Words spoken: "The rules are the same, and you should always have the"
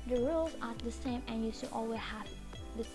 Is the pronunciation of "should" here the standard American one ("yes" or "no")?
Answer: no